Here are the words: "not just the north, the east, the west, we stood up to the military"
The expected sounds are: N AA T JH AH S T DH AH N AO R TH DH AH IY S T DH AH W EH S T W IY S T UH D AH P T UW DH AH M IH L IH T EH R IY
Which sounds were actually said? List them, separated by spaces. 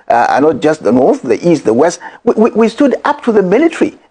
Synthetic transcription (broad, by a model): N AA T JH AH S T DH AH N AO R TH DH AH IY S T DH AH W EH S T W IY S T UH D AH P T UW DH AH M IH L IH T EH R IY